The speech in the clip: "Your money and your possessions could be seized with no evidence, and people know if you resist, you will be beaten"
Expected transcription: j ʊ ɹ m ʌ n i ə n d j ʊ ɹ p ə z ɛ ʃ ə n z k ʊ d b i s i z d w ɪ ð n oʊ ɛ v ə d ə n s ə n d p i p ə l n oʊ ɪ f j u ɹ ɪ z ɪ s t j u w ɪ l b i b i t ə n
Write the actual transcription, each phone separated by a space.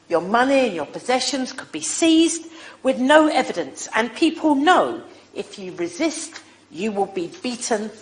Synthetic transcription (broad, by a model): j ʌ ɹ m ʌ n i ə n j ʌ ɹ p ə z ɛ ʃ ə n z k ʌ d b i s i z d w ɪ ð n oʊ ɛ v ə d ə n s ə n p i p ə l n oʊ ɪ f j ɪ ɹ ɪ z ɪ s t j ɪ w ɪ l b i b i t n